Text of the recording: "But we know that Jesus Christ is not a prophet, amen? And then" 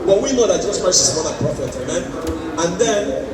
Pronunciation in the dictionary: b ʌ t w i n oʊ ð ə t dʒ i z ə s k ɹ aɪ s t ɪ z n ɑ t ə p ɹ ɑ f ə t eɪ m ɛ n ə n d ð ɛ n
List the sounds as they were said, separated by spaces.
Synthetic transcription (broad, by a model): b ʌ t w i n oʊ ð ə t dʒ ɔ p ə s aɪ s ɪ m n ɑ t ə p ɹ ɑ f ə t eɪ m ɛ n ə n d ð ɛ n